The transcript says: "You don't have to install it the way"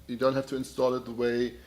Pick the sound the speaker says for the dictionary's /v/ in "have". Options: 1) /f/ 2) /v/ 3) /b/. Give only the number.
1